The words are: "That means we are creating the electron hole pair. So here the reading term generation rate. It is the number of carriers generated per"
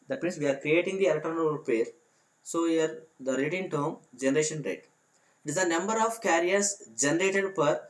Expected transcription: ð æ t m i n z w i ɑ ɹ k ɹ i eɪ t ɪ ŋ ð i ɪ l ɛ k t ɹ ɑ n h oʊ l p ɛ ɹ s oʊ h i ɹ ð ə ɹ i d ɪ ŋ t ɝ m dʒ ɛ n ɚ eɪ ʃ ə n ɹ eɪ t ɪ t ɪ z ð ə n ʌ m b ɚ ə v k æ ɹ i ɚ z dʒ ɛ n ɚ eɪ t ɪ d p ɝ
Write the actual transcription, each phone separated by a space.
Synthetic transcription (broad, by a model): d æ t m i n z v i ɑ ɹ k ɹ i eɪ t ɪ ŋ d i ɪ l t ɑ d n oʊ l p ɛ ɹ s oʊ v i ɹ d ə ɹ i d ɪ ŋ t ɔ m dʒ ɛ n ɚ eɪ ʃ ə n ɹ eɪ t ɪ t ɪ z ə n ʌ m b ɚ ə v k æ ɹ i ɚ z dʒ ɛ n ɚ eɪ t ɪ d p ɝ